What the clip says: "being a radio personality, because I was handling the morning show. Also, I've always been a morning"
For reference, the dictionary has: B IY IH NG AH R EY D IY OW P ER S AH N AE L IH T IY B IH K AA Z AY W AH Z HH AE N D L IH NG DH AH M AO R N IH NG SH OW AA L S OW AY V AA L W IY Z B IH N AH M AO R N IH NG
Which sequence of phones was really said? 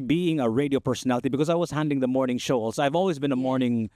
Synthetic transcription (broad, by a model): B IY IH NG AH R EY D IY OW P ER S AH N AE L IH T IY B IH K AA Z AY W AH Z HH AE N D IH NG DH AH M AO R N IH NG SH OW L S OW AY V AA L W IY Z B IH N AH M AO R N IH NG